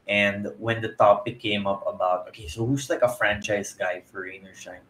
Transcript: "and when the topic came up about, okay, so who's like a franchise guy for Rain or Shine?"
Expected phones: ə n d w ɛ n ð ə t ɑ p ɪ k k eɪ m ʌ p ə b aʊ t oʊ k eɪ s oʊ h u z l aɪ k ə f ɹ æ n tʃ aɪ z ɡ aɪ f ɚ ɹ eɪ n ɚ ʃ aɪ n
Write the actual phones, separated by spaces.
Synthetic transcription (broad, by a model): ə n d w ɛ n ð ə t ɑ p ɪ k k eɪ m ʌ p ə b aʊ t oʊ k eɪ s oʊ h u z l aɪ k ə f ɹ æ n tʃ aɪ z ɡ aɪ f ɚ ɹ eɪ n ɚ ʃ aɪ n